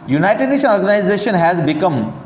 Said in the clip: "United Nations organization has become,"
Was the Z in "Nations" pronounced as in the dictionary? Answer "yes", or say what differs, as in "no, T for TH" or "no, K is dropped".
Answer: no, Z is dropped